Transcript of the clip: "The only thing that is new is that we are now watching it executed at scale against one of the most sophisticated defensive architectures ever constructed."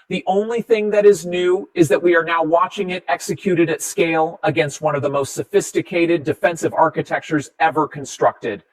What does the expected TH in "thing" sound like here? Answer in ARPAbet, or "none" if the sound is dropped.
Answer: TH